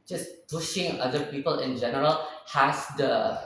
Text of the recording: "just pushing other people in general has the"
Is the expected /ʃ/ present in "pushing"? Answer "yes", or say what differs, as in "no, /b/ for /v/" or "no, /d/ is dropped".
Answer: yes